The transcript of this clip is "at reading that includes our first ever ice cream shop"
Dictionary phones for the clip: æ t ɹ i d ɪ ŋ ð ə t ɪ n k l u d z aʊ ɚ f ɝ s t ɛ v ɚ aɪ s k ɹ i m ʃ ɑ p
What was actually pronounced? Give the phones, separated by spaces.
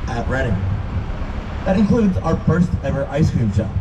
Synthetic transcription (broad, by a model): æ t ɹ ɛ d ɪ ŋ ð ə t ɪ n k l u d z aʊ ɚ f ɝ s t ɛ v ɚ aɪ s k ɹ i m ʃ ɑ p